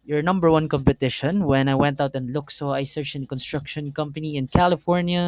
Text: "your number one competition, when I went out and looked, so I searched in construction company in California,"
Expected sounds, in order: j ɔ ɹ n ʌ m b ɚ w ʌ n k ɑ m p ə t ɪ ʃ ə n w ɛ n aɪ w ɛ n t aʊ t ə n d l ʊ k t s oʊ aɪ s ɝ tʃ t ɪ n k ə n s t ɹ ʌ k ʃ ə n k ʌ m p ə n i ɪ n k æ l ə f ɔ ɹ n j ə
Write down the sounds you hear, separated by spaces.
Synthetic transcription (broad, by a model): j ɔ ɹ n ʌ m b ɚ w ʌ n k ɑ m p ə t ɪ ʃ ə n w ɛ n aɪ w ɛ n t aʊ t ə n d l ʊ k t s oʊ aɪ s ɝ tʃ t ɪ n k ə n s t ɹ ʌ k ʃ ə n k ʌ m p ə n i ɪ n k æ l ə f ɔ ɹ n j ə